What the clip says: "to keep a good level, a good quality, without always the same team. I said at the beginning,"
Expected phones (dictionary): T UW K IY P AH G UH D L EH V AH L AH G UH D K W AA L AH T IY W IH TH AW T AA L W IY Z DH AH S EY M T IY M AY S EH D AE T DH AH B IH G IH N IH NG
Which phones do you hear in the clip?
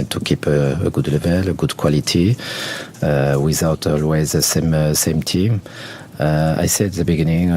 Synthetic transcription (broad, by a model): T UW K IY P AH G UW D L EH V AH L AH G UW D K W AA L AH T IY W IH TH AW T AA L W IY Z DH AH S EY M T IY M AY S EH D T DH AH B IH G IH N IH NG